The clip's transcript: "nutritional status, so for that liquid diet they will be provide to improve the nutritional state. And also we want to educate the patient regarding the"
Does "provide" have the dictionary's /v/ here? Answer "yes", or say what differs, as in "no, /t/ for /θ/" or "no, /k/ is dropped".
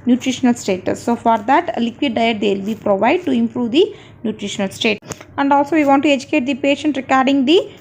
yes